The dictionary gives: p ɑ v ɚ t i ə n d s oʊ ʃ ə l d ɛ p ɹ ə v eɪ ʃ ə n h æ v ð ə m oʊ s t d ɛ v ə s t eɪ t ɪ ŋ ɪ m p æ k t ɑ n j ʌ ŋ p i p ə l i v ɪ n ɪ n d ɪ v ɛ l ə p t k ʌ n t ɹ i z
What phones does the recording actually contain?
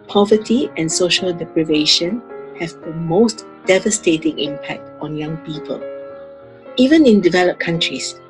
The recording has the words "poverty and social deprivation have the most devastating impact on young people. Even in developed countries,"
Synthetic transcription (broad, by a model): p ɑ v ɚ t i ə n s oʊ ʃ ə l d ɛ p ɹ ə v eɪ ʃ ə n h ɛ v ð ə m oʊ s t d ɛ v ə s t eɪ t ɪ ŋ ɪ m p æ k t ɑ n j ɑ ŋ p i p ə l i v ɪ n ɪ n d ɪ v ɛ l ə p k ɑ n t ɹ i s